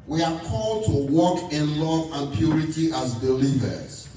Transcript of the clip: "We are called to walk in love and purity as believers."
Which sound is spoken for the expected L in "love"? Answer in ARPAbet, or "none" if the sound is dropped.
L